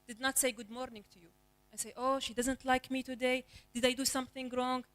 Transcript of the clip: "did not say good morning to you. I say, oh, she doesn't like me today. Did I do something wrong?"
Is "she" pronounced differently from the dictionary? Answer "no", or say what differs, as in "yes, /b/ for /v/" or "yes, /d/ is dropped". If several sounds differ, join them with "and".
no